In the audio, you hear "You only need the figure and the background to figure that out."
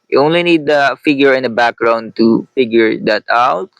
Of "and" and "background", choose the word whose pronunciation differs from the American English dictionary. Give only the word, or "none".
none